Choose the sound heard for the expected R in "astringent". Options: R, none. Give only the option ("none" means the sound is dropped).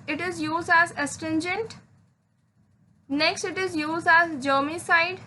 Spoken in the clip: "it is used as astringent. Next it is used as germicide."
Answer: none